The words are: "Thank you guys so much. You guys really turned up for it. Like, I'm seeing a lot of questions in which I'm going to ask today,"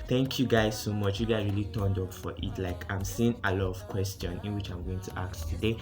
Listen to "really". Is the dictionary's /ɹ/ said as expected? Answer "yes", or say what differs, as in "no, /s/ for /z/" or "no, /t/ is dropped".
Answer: yes